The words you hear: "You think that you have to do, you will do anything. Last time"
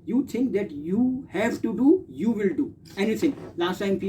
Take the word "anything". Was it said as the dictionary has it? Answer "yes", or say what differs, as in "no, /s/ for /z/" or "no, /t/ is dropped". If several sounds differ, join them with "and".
no, /t/ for /θ/